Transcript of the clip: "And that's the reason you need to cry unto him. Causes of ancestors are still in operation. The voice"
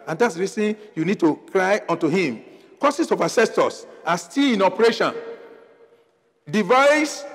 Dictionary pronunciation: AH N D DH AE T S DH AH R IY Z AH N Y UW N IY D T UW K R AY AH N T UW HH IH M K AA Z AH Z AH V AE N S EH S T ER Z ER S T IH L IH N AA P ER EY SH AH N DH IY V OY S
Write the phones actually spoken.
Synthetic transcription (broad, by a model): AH N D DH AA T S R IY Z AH N Y UW N IY D T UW K R AY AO N T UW HH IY M K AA S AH S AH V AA S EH S T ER S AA S T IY L IH N AA P ER EY SH AH N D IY V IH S